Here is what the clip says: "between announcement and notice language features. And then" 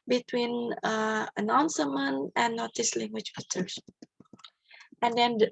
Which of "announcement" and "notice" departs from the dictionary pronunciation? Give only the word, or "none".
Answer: announcement